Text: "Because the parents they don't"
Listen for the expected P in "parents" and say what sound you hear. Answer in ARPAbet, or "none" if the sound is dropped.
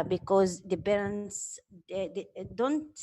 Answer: B